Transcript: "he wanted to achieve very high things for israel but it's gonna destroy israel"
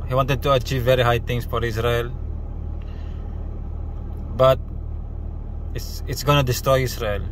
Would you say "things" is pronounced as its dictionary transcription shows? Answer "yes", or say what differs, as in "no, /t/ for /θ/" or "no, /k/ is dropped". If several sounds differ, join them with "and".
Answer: no, /t/ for /θ/ and /s/ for /z/